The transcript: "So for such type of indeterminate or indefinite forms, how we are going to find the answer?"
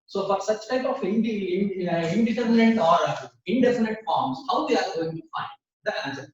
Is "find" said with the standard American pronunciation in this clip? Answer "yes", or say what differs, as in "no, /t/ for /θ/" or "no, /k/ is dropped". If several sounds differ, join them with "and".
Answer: yes